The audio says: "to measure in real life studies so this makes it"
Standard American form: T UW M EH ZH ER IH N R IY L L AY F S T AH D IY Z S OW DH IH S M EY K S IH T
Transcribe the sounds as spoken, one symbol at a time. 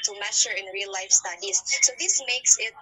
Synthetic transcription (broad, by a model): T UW M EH SH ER IH N R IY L L AY F S T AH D IY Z S OW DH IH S M EY K S IH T